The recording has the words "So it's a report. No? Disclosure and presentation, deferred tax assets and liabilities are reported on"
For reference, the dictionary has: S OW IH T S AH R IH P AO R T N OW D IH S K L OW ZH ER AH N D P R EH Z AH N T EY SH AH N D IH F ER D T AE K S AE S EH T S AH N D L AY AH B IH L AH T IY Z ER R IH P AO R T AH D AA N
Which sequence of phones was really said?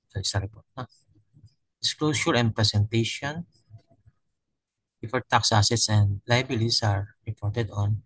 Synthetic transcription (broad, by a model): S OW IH S AH R IH P AO R T N OW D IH S K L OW S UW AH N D P R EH S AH N T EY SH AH N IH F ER T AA K S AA S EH T S AH N D L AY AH B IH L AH S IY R R IH P AO R T AH D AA N